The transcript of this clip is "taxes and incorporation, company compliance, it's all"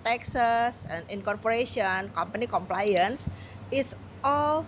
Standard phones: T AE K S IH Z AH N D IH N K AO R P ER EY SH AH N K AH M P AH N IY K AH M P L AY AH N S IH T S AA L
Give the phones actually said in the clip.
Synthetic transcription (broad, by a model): T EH K S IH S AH N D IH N K AO R P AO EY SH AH N K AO M P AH N IY K AH M P L AY AH N S IH T S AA L